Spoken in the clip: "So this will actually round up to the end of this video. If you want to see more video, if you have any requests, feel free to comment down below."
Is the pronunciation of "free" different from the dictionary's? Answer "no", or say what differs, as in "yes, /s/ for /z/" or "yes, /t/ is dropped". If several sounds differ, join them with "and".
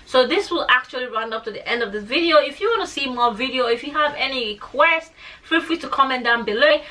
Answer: yes, /l/ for /ɹ/